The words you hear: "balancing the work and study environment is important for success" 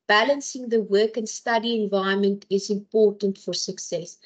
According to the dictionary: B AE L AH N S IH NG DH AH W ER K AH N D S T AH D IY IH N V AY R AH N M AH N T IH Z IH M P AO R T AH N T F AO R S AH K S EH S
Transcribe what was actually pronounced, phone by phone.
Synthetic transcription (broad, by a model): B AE L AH N S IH NG DH AH W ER K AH N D S T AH D IY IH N V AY AH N M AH N T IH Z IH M P AO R T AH N T F AO R S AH K S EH S